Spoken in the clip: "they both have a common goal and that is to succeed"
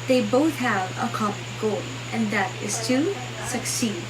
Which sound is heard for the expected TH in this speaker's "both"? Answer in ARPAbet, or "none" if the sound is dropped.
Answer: TH